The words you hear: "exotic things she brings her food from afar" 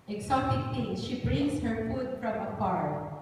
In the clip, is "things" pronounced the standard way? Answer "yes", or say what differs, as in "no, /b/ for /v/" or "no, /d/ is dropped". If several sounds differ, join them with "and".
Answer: no, /t/ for /θ/